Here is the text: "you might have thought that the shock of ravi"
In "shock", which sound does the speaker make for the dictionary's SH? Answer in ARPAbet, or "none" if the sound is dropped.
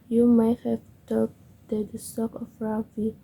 S